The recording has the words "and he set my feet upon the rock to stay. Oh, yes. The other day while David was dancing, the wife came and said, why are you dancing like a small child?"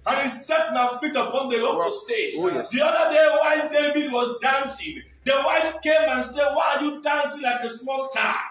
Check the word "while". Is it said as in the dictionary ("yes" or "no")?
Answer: no